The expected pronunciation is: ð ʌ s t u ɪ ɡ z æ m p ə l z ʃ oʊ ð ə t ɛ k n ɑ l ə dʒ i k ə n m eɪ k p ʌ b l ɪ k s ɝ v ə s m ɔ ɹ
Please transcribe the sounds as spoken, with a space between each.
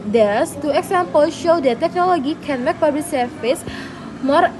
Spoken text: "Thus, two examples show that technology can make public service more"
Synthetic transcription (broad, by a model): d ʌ s t u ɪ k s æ m p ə l ʃ oʊ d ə t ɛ k n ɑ l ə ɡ i k ə n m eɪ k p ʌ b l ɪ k s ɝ f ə s m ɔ ɹ